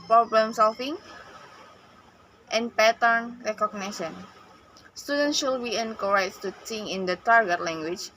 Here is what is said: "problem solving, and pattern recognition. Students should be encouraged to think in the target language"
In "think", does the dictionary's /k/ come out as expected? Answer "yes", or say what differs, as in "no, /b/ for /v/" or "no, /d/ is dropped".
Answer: no, /k/ is dropped